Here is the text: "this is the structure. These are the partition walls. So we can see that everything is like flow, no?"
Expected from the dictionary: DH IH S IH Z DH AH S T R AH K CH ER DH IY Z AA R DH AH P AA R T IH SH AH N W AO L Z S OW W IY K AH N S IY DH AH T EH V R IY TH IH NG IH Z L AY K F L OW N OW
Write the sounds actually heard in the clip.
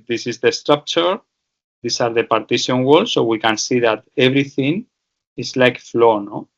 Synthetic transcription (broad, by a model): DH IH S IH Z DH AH S T R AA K CH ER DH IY S AA R DH AH P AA R T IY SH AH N W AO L S OW W IY K AH N S IY DH AH T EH B R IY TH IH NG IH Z L AY K F L OW N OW